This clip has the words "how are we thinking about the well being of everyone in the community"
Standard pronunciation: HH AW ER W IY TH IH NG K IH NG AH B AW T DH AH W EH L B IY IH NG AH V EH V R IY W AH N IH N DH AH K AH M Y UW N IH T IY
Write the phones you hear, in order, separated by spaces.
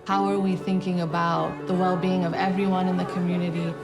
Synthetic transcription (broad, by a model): HH AW ER W IY TH IH NG K IH NG AH B AW T DH AH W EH L B IY IH NG AH V EH V R IY W AH N IH N DH AH K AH M Y UW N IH T IY